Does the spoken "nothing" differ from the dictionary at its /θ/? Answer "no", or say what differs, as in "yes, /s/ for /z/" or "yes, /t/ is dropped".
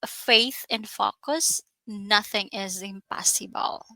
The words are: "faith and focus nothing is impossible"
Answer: no